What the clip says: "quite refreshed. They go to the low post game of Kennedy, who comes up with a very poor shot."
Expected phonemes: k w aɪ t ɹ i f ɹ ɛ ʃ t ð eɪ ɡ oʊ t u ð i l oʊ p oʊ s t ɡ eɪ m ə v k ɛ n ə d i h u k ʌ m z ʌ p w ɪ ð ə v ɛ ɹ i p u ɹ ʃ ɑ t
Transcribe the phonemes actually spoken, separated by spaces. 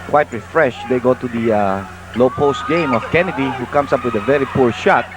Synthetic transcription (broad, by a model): k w aɪ t ɹ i f ɹ ɛ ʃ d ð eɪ ɡ oʊ t u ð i l oʊ p oʊ s t ɡ eɪ m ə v k ɛ n ə d i h u k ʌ m s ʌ p w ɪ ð ə v ɛ ɹ i p u ɹ ʃ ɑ t